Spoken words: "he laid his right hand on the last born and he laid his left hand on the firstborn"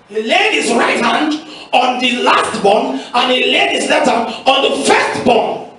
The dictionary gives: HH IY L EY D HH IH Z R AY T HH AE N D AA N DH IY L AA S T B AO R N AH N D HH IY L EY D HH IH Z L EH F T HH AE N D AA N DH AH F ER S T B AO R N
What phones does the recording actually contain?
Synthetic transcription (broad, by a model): HH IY L EY D HH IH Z R AY T HH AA N D AA N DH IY L AA S T B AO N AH N HH IY L EY D HH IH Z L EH T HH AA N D AA N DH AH F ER S T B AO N